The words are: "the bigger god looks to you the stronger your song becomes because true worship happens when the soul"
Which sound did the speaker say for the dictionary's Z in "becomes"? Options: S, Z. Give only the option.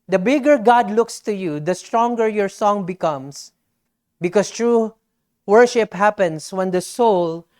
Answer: S